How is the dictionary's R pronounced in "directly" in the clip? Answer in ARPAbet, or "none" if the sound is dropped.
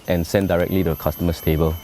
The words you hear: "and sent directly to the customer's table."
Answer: R